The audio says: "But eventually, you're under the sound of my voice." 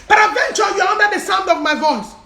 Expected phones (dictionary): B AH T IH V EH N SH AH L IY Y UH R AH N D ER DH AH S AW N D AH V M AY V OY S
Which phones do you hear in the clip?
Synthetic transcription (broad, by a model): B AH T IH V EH N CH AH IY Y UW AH N D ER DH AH S AW N D AH V M AY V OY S